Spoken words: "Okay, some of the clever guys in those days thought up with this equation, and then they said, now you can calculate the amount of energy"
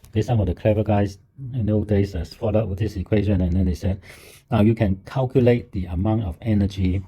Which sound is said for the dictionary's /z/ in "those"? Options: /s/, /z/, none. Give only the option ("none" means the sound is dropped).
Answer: none